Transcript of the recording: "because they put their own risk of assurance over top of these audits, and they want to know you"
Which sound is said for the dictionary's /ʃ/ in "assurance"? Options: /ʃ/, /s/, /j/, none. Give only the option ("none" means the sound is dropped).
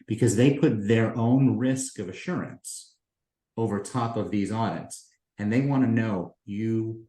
/ʃ/